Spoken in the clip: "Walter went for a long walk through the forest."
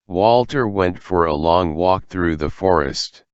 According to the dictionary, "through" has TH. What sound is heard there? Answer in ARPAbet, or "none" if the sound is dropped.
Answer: TH